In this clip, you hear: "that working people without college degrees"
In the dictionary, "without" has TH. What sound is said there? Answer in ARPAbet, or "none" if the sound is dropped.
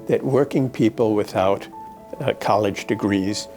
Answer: TH